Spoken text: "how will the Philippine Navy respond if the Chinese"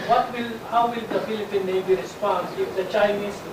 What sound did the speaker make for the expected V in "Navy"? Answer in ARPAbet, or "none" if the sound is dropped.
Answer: B